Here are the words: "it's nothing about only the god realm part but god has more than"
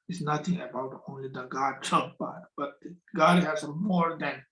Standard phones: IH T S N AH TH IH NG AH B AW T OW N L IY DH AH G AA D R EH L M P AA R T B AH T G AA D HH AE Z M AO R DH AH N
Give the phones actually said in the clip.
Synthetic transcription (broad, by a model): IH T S N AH T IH NG AH B AW T OW N L IY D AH G AA D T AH M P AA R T B AH T G AA D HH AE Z M AO R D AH N